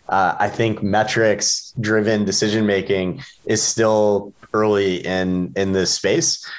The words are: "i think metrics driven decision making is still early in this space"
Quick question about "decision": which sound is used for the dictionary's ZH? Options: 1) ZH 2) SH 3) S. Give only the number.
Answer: 1